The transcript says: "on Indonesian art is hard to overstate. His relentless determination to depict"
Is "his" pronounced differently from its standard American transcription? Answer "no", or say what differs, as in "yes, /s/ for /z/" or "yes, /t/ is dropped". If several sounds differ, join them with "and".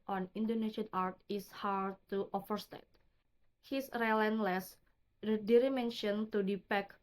yes, /s/ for /z/